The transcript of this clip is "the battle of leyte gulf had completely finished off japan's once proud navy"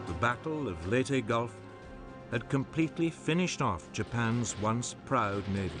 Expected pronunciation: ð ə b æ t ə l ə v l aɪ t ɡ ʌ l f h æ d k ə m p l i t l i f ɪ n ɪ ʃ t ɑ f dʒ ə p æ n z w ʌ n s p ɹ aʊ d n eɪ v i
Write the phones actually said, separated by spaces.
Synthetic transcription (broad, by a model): ð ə b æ t l ə v l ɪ t ɡ ʌ l f h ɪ d k ə m p l i t l i f ɪ n ɪ ʃ t ɑ f dʒ ə p æ n z w ʌ n s p ɹ aʊ d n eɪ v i